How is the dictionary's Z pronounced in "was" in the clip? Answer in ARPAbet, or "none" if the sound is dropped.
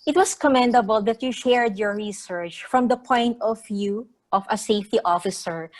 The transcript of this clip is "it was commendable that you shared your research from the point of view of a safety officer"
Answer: S